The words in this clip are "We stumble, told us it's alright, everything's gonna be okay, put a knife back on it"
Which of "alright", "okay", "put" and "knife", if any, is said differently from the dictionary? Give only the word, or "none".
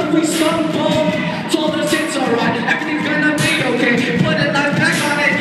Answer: knife